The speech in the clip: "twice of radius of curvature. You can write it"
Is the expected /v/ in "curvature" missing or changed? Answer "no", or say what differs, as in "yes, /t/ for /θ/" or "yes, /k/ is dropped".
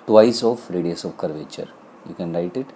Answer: no